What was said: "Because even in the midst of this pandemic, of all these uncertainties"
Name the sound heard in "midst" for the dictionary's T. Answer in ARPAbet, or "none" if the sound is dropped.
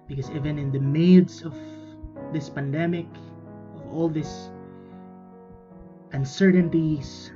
none